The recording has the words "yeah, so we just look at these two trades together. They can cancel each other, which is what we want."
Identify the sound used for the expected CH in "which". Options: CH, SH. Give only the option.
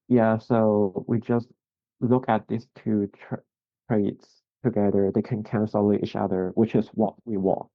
CH